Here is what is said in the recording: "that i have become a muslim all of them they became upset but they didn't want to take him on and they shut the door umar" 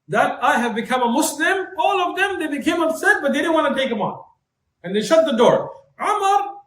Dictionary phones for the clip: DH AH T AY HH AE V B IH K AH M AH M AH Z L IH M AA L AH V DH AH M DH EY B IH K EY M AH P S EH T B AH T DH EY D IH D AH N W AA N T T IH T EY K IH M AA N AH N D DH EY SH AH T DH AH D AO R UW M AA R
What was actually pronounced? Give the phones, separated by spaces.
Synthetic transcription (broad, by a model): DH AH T AY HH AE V B IH K AH M AH M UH S L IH M AA L AH V DH AH M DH EY B IH K EY M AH B S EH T B AH T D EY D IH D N W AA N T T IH T EY K IH M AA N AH N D DH EY SH AH T DH AH D AO R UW M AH R